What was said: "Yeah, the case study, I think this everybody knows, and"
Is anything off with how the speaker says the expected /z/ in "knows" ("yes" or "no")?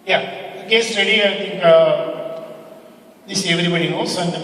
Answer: yes